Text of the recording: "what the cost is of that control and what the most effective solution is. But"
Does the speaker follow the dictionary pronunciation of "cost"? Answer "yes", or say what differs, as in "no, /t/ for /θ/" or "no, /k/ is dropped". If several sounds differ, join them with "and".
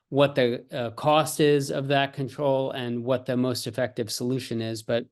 yes